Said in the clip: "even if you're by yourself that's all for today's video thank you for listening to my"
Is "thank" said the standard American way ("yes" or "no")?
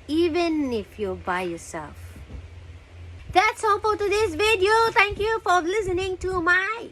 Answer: no